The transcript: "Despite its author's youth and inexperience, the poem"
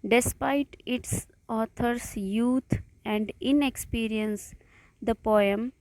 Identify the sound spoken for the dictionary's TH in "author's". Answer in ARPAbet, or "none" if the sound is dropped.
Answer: T